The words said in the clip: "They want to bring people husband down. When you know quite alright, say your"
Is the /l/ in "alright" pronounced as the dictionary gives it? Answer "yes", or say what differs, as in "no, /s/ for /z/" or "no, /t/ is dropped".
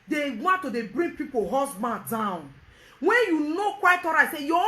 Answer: no, /l/ is dropped